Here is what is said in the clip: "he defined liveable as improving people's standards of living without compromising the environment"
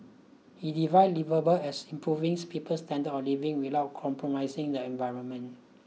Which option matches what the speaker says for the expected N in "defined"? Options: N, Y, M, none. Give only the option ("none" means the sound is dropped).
none